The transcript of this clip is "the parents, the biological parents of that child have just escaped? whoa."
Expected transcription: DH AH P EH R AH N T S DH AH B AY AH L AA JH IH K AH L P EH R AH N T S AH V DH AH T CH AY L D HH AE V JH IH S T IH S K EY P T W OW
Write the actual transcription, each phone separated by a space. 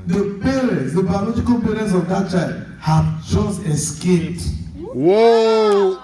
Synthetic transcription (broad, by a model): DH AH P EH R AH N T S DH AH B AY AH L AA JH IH K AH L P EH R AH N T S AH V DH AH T CH AY L D HH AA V CH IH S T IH S K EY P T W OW